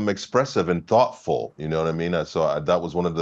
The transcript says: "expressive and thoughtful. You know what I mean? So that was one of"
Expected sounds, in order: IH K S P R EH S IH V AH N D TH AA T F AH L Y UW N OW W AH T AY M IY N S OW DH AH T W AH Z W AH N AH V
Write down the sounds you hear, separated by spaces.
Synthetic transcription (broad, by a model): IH K S P R EH S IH V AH N TH AA T F L Y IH N OW W AH T AY M IY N S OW DH AH T W AH Z W AH N AH V